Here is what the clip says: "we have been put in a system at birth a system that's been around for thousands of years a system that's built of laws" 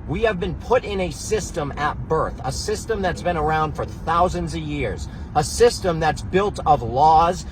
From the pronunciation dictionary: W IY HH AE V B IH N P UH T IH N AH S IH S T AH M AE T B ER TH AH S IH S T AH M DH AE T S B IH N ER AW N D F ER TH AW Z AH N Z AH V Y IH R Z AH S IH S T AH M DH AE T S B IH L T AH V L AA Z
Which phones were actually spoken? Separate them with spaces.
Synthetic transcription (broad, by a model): W IY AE V B IH N P UH T IH N AH S IH S T AH M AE T B ER TH AH S IH S T AH M DH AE T S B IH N ER AW N D F ER TH AW Z AH N Z AH V Y IH R Z AH S IH S T AH M DH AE T S B IH L T AH V L AA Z